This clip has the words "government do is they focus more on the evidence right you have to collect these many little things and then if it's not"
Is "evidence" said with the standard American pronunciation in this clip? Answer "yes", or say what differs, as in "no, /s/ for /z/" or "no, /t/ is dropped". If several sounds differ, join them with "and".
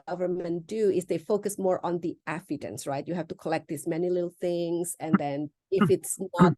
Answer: no, /f/ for /v/